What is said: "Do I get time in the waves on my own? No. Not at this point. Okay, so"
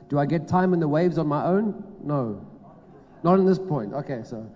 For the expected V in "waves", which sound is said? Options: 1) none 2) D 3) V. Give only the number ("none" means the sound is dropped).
3